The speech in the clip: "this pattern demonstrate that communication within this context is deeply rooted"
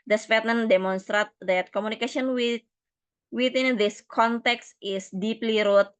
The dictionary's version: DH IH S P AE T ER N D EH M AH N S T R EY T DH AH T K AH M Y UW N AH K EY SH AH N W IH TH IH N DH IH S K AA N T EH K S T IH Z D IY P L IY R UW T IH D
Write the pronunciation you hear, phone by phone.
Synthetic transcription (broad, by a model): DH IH S F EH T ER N D EH M AH N S T R EY T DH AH T K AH M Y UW N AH K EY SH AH N W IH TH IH N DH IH S K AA N T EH K S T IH S D IY P L IY R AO T